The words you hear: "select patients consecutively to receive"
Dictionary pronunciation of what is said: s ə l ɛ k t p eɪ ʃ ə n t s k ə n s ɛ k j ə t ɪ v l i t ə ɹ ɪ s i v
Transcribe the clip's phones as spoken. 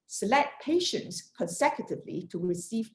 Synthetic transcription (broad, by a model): s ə l ɛ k t p eɪ ʃ ə n t s k ə n s ɛ k j ə t ɪ v l i t ə ɹ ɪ s i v